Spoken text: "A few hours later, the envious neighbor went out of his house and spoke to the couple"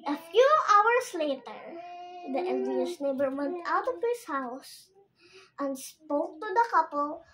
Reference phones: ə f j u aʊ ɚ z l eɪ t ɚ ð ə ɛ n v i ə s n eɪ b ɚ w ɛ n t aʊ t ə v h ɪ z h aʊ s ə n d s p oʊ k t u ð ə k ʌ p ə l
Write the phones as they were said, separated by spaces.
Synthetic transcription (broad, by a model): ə f j u aʊ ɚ s l eɪ t ɚ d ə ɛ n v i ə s n eɪ b ɚ w ɛ n t aʊ t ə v h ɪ s h aʊ s ə n d s p oʊ k t u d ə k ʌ p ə l